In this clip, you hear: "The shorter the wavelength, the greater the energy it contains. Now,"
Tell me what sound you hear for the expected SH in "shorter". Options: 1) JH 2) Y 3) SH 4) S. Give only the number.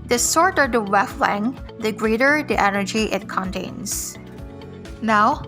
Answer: 4